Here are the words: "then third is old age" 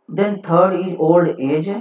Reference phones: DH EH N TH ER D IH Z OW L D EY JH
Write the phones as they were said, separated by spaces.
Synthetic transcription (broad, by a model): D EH N T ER D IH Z OW L D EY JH